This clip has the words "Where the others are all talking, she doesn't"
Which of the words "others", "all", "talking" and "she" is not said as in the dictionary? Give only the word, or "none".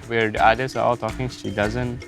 others